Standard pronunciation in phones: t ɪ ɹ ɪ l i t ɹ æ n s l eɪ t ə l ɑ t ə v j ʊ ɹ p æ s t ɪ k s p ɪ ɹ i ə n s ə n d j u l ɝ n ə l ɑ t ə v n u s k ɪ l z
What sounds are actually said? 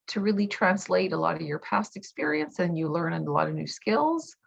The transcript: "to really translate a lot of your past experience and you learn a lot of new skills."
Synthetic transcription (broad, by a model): t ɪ ɹ ɪ l i t ɹ æ n s l eɪ t ə l ɑ t ə v j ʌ ɹ p æ s t ɪ k s p ɪ ɹ i ə n s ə n j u l ɝ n ə l ɑ t ə v n u s k ɪ l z